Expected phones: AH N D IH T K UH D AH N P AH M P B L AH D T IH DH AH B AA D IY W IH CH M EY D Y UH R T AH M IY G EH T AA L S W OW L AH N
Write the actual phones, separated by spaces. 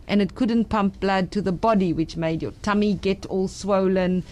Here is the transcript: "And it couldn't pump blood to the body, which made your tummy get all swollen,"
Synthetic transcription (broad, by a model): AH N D IH T K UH D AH N P AH M P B L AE D T IH DH AH B AA D IY W IH CH M EY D Y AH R T AH M IY G EH T AA L S W OW L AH N